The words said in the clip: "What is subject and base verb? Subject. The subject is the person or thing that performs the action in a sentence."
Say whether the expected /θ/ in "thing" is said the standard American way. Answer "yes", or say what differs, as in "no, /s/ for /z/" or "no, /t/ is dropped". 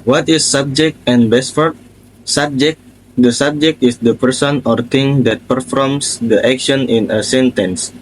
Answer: no, /t/ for /θ/